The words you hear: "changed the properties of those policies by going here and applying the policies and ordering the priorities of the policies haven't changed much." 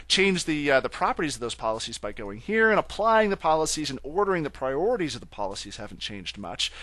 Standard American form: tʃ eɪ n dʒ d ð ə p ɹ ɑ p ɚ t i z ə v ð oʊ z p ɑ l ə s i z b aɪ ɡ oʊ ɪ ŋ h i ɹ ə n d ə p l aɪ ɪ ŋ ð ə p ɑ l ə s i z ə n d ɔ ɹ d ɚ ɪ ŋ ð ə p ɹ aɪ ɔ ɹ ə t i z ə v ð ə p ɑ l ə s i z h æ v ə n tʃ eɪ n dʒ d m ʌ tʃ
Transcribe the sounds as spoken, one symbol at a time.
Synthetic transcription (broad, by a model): tʃ eɪ n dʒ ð ð ə p ɹ ɑ p ɚ t i z ə v ð oʊ z p ɑ l ə s i z b aɪ ɡ oʊ ɪ ŋ h i ɹ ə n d ə p l aɪ ɪ ŋ ð ə p ɑ l ə s i z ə n ɔ ɹ d ɚ ɪ ŋ ð ə p ɹ aɪ ɔ ɹ ə t i z ə v ð ə p ɑ l ə s i z h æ v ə n tʃ eɪ n dʒ d m ʌ tʃ